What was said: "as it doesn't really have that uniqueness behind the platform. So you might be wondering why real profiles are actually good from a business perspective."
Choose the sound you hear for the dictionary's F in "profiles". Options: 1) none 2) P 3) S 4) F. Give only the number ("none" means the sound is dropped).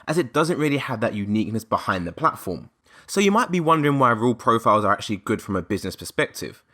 4